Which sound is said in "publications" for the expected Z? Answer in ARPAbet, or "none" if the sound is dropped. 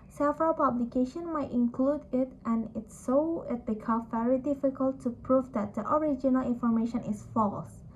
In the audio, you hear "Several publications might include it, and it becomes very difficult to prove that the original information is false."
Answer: none